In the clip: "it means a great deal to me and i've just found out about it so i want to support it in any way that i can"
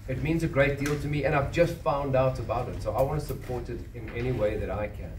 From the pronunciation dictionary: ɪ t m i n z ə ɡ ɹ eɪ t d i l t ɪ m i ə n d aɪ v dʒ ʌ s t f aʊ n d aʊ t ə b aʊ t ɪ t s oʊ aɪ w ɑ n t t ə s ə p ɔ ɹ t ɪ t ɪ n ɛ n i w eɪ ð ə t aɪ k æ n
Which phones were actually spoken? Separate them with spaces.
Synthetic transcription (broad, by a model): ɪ t m i n z ə ɡ ɹ eɪ t d i l t ɪ m i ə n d aɪ v dʒ ʌ s t f aʊ n d aʊ t ə b aʊ t ɪ t s oʊ aɪ w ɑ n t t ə s ə p ɔ ɹ t ɪ t ɪ n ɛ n i w eɪ ð ə t aɪ k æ n